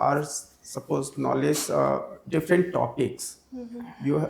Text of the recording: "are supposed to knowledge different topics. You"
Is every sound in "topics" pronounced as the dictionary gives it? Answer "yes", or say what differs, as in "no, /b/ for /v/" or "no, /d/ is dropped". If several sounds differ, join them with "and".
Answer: yes